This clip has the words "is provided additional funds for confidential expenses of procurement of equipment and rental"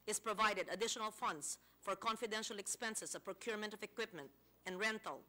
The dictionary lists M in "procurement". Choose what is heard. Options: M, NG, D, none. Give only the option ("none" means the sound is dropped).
M